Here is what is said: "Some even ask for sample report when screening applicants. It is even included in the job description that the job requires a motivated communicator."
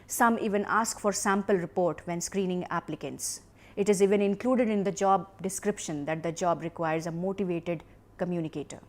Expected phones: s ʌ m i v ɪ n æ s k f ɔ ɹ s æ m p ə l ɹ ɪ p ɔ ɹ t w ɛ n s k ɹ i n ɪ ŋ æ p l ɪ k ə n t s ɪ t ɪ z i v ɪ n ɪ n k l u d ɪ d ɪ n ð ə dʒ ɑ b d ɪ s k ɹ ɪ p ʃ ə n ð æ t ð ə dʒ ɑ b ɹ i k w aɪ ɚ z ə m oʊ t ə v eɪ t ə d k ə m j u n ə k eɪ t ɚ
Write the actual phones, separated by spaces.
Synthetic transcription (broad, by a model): s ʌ m i v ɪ n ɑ s k f ɔ ɹ s æ m p ə l ɹ ɪ p ɔ ɹ t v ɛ n s k ɹ i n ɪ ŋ æ p l ɪ k ə n t s ɪ t ɪ z i v ɪ n ɪ n k l u d ɪ d ɪ n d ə dʒ ɑ b d ɪ s k ɹ ɪ p ʃ ə n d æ t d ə dʒ ɑ b ɹ i k w aɪ ɚ z ə m oʊ t ə v eɪ t ə d k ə m j u n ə k eɪ t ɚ